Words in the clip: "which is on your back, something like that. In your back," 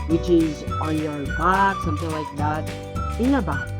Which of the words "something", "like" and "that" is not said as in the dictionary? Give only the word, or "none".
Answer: none